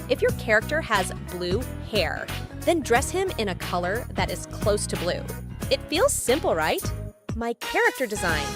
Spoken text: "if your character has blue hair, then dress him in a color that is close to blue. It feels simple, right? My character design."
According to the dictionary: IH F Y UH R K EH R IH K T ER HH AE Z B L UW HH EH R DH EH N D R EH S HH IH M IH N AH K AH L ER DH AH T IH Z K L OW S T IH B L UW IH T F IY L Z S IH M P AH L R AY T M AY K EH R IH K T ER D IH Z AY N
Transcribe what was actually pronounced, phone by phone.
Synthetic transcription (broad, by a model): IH F Y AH R K EH R IH K T ER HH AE Z B L UW HH EH R DH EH N D R EH S HH IH M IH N AH K AH L ER DH AH T IH Z K L OW S T IH B L UW IH T F IY L Z S IH M P L R AY T M AY K EH R IH K T ER D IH Z AY N